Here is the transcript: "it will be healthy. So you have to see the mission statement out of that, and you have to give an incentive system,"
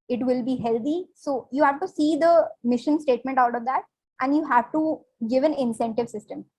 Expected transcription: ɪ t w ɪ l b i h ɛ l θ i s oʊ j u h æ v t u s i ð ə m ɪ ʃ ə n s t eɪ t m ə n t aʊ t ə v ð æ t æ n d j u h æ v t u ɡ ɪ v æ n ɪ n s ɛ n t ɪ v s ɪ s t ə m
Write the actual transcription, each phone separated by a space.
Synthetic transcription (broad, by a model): ɪ t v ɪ l b i h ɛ l t i s oʊ j u h æ v t u s i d ə m ɪ ʃ ə n s t eɪ t m ə n t aʊ t ə v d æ t æ n d j u h æ v t u ɡ ɪ v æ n ɪ n s ɛ n t ɪ v s ɪ s t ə m